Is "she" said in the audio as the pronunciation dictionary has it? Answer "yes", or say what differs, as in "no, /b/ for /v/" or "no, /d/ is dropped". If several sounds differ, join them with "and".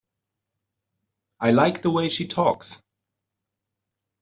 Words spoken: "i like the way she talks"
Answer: yes